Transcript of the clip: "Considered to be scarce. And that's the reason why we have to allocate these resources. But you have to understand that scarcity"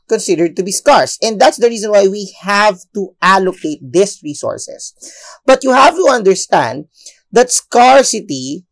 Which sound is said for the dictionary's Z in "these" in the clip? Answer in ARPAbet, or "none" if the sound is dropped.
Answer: S